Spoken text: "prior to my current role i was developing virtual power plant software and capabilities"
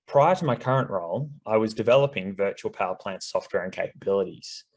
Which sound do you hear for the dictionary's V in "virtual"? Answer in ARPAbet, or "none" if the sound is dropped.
V